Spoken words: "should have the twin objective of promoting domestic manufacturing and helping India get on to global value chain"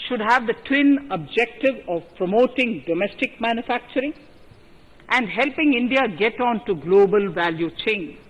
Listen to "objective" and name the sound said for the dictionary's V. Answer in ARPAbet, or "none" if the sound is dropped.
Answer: V